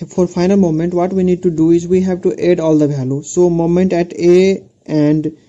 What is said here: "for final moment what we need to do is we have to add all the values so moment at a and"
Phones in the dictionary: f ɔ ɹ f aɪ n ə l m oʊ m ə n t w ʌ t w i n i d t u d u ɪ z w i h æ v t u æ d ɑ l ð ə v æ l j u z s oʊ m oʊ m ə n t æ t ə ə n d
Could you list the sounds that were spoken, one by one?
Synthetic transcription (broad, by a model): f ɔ ɹ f aɪ n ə l m oʊ m ə n t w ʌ t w i n i d t u d u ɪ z w i h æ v t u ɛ d ɑ l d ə b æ l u s oʊ m oʊ m ə n t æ t ə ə n d